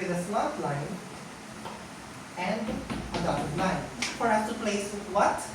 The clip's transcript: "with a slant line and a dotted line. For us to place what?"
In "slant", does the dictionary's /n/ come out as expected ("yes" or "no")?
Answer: no